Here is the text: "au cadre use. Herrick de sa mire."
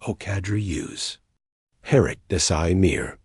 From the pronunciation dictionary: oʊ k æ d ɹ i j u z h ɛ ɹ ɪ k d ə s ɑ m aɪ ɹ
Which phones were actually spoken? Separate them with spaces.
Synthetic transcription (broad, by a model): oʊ k æ d ɹ i j u z h ɛ ɹ ɪ k d ə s ɑ m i ɹ